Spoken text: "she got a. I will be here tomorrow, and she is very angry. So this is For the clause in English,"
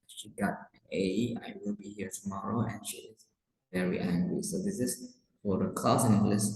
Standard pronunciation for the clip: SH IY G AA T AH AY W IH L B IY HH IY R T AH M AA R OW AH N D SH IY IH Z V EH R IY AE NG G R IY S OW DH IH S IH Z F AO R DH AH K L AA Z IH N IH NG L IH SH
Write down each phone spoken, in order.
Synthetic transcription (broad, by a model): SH IY G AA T AH AY W IH L B IY HH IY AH T AH M AA R OW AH N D SH IY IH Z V EH R IY AE NG G R IY S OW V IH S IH S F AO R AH K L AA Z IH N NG L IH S